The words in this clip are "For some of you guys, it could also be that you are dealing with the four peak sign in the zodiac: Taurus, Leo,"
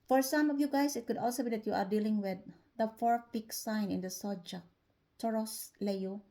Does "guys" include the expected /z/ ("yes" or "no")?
no